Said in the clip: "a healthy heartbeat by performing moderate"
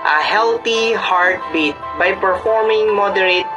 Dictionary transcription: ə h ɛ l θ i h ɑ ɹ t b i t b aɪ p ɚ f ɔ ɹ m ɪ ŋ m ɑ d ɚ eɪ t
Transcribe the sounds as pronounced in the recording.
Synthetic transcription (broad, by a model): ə h ɛ l t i h ɑ ɹ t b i t b aɪ p ɚ f ɔ ɹ m ɪ ŋ m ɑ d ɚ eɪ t